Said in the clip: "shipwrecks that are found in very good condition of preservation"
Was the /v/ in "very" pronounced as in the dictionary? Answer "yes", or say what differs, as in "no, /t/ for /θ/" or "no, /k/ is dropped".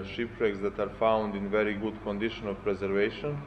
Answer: yes